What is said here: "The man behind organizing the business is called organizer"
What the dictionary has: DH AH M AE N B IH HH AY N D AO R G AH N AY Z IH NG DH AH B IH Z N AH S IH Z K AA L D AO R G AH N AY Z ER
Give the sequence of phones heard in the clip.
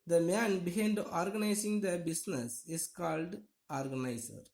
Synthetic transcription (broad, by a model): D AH M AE N B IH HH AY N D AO R G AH N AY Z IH NG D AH B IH S N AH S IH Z K AA L D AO R G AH N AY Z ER